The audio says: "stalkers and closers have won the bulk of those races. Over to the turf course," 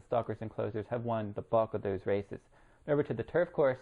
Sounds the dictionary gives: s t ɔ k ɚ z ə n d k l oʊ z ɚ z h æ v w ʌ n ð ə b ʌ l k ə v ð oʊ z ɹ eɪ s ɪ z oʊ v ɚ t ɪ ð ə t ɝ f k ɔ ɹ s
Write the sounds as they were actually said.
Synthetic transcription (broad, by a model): s t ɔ k ɚ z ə n k l oʊ z ɚ z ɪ v w ʌ n ð ə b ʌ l k ə v ð oʊ z ɹ eɪ s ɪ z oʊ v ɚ t ɪ ð ə t ɝ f k ɔ ɹ s